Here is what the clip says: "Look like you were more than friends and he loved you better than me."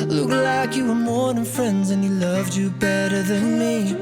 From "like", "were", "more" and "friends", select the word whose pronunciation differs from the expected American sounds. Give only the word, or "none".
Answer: none